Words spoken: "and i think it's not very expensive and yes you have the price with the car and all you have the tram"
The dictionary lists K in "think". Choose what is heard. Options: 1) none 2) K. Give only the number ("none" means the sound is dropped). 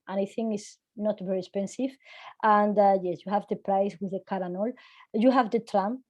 1